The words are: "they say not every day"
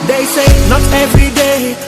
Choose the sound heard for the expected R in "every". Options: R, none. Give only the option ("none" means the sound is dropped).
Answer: none